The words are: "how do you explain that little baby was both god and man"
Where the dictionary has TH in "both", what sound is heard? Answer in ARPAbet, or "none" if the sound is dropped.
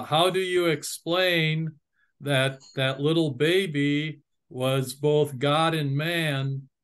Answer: TH